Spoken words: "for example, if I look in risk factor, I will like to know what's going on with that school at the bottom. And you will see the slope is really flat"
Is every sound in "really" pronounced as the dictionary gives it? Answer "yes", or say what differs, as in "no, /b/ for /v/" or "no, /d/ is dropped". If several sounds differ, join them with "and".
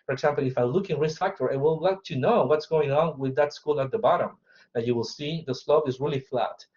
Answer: yes